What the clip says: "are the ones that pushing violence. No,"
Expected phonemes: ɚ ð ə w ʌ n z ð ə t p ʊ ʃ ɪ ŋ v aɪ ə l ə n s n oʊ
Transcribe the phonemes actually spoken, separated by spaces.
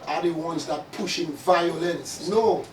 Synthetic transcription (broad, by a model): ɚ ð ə w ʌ n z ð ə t p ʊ ʃ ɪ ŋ v aɪ ə l ə n s n oʊ